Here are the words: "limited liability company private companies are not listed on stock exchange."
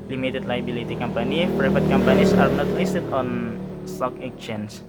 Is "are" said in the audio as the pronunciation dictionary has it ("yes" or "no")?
yes